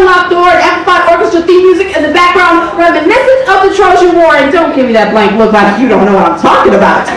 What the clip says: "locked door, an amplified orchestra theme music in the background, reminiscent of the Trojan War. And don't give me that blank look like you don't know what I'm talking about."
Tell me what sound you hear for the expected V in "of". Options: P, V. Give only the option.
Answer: P